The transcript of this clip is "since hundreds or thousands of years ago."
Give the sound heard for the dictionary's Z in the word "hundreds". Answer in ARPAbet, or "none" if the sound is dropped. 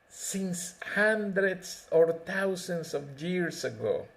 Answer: S